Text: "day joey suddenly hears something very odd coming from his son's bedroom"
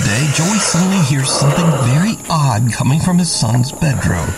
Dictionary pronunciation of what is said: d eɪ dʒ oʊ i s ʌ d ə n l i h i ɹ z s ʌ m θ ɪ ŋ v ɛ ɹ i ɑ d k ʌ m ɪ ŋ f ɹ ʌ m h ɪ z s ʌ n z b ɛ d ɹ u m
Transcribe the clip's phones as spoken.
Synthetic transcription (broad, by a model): d eɪ dʒ oʊ i s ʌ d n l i h i ɹ z s ʌ m θ ɪ ŋ v ɛ ɹ i ɑ d k ʌ m ɪ ŋ f ɹ ʌ m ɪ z s ʌ n z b ɛ d ɹ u m